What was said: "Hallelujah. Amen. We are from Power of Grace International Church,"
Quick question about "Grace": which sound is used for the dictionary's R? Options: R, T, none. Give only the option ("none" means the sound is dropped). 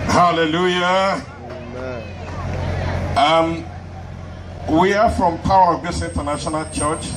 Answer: none